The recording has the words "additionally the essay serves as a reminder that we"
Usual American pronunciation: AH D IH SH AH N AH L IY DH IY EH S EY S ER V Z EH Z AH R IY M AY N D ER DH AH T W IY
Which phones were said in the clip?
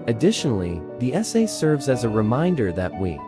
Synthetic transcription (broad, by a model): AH D IH SH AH N L IY DH IY EH S EY S ER V Z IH Z AH R IY M AY N D ER DH AH T W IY